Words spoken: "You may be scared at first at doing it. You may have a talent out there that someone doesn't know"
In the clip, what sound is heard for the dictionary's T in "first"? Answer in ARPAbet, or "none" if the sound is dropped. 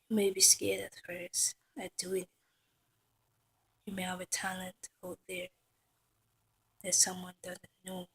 none